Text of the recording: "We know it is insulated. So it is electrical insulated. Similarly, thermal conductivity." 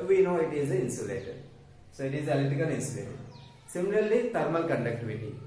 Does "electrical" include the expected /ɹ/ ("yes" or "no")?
no